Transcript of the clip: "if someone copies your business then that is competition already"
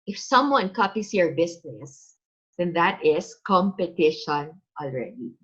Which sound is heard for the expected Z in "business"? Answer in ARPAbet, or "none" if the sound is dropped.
S